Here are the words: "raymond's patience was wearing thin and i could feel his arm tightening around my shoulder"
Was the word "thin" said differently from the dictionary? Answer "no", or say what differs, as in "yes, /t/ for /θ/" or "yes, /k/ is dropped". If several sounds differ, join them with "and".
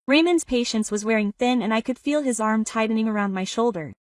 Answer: no